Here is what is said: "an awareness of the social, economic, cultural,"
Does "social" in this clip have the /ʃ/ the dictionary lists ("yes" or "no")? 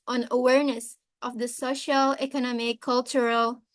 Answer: yes